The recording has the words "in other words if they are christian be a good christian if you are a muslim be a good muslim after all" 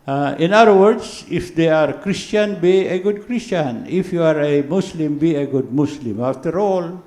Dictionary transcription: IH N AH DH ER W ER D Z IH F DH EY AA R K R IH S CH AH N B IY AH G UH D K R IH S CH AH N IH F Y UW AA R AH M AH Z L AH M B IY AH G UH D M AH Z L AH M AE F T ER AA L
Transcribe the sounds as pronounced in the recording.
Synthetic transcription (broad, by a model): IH N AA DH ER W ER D S IH F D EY AA R K R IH S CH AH N B IY AH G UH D K R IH S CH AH N IH F Y UW AA R AH M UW S L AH M B IY AH G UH D M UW S L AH M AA F T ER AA L